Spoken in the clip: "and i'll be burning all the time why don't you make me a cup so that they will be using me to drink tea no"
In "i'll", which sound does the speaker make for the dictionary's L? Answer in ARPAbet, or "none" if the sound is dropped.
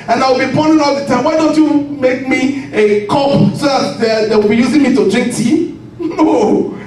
W